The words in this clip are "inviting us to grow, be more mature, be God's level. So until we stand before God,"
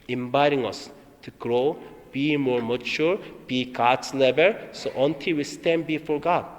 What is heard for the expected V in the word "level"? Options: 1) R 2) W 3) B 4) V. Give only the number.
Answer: 3